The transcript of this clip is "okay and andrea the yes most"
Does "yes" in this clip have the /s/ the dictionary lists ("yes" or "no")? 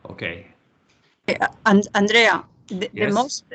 no